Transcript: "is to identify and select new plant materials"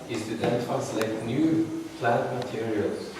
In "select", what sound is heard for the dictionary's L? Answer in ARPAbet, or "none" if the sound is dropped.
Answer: none